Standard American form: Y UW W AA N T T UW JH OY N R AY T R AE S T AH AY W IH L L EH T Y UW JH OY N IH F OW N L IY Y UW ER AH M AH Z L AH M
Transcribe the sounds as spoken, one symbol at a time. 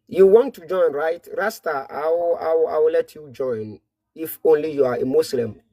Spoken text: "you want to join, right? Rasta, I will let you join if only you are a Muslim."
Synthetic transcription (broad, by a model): Y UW W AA N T T UW JH OY N R AY T R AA S T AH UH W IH W L EH T Y UW JH OY N IH F OW N L IY Y UW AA AH M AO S L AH M